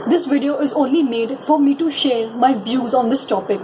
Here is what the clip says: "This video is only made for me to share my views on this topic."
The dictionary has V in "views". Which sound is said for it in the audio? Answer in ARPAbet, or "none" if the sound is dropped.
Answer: V